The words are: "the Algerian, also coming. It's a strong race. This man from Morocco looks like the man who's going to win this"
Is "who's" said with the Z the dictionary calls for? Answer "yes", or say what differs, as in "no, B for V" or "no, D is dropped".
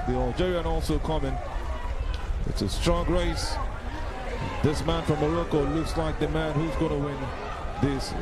yes